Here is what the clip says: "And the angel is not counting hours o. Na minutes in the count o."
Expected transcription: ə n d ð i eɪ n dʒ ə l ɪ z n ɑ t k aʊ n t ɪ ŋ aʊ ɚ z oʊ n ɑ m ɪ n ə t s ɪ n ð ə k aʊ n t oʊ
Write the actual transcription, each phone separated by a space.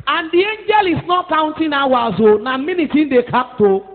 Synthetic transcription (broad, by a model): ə n d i eɪ n dʒ ə l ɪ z n ɑ t k aʊ n t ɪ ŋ aʊ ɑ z oʊ n ɑ m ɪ n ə t ɪ n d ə k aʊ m t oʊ